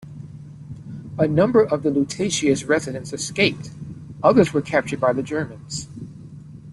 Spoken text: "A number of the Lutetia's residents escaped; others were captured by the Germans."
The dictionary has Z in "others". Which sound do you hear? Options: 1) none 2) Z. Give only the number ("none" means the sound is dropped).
2